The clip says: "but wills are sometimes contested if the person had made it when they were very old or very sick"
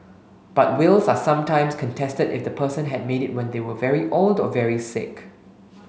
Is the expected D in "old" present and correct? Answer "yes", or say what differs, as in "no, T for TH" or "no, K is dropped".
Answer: yes